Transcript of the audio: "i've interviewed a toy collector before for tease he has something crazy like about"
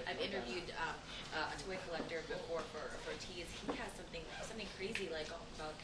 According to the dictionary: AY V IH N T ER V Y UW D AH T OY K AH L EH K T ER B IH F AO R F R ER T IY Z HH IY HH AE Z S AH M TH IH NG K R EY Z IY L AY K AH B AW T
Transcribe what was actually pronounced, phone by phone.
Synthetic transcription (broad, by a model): AY V IH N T ER V Y UW D AH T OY K AH L EH K T ER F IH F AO R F R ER T IY Z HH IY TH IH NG S AH M TH IH NG K R EY Z IY L AY K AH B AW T